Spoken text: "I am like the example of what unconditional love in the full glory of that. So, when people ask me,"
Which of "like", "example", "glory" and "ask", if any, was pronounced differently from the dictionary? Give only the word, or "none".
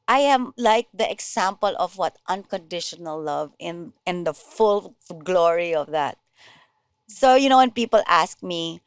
example